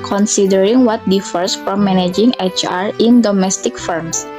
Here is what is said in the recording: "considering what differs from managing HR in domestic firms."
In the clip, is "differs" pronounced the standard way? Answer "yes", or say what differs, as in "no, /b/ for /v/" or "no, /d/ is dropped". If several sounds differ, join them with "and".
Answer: no, /s/ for /z/